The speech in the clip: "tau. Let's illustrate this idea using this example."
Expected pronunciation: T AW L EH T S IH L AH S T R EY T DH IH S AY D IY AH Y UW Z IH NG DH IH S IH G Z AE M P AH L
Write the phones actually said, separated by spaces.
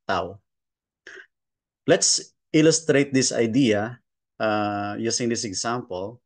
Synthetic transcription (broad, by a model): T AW L EH T S IH L AH S T R EY T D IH S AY D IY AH Y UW S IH NG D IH S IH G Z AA M P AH L